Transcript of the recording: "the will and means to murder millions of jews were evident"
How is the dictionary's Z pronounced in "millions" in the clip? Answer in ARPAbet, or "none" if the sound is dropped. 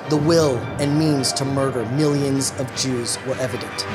Z